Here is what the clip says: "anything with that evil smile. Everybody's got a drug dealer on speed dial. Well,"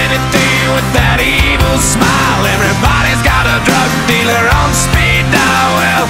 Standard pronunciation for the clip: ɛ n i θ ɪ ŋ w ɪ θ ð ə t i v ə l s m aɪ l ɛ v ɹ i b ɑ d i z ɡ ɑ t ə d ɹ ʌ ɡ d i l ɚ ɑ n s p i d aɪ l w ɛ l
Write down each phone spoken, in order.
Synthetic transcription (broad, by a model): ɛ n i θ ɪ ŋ w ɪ ð ə t i v l s m aɪ l ɛ v ɹ i b ɑ d i z ɡ ɑ t ə d ɹ ʌ ɡ d i l ɚ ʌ n s p i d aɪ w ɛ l